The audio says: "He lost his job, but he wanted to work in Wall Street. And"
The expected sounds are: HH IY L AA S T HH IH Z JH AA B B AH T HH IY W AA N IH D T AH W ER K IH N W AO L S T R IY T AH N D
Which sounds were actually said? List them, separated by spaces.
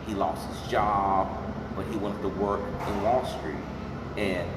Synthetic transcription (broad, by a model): HH IY L AA S T HH IH Z JH AA B B AH T HH IY W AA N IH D T AH W ER K IH N W AO L S T R IY T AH N